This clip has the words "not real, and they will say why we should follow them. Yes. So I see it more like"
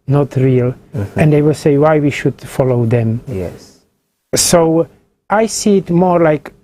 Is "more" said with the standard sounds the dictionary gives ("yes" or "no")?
yes